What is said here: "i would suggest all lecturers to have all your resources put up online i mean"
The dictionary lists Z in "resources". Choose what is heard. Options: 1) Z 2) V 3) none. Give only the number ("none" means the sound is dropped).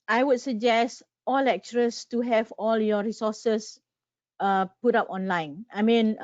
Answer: 3